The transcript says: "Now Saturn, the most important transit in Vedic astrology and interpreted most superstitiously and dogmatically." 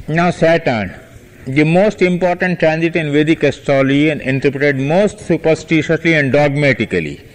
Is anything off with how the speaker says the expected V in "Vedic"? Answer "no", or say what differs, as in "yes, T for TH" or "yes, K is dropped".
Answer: no